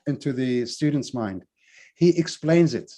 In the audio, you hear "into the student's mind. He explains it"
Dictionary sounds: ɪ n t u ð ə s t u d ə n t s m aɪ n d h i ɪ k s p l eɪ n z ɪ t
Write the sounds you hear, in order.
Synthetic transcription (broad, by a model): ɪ n t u ð ə s t u d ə n t s m aɪ n d h i ɪ k s p l eɪ n z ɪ t